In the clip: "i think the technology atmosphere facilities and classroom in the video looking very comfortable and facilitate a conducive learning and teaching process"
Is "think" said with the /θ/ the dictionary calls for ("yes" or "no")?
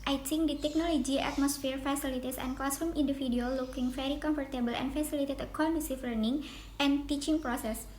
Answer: no